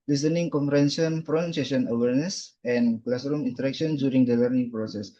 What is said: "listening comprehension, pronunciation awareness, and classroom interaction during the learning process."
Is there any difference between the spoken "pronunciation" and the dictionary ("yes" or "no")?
yes